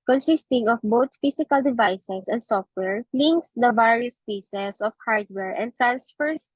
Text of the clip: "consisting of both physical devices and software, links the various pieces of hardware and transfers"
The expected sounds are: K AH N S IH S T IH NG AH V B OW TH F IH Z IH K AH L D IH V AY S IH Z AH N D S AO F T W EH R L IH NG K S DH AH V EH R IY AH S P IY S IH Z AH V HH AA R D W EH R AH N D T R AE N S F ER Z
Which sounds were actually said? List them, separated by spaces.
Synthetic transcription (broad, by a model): K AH N S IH S T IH NG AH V B OW T F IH S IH K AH L D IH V AY S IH S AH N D S AO F T W EH R L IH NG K S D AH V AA R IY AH S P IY S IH S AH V HH AA R D W EH R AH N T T R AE N S F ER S